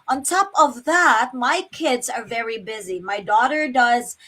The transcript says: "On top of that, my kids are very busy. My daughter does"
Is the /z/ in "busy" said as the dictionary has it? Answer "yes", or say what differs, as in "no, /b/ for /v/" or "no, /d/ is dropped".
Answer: yes